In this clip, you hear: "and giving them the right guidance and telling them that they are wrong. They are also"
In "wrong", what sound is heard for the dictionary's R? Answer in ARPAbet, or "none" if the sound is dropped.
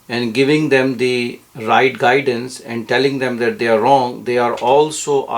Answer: R